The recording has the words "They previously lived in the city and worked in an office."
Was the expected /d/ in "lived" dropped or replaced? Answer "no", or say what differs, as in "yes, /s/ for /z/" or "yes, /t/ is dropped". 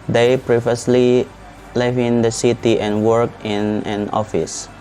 yes, /d/ is dropped